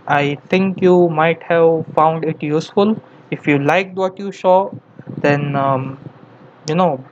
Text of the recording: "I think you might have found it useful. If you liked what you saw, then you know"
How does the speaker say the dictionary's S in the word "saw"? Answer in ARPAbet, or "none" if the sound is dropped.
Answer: SH